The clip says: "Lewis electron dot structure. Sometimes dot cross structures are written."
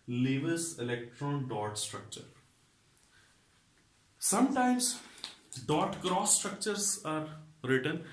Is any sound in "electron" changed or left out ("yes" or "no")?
no